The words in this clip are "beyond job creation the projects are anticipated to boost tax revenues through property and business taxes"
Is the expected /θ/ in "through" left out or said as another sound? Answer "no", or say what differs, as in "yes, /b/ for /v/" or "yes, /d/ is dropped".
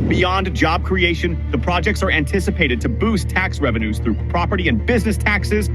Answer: no